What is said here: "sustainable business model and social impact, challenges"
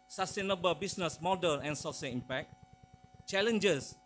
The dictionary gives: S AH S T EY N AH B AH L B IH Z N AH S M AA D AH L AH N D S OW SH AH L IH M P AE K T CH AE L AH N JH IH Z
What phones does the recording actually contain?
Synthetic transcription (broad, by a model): S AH S T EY N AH B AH L B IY S N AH S M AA D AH N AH N S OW S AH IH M P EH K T CH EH L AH N JH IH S